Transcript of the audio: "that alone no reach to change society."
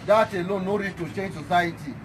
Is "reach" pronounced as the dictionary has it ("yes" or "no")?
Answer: no